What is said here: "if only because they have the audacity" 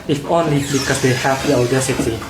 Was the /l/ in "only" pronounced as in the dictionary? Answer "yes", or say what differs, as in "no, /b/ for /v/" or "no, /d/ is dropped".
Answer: yes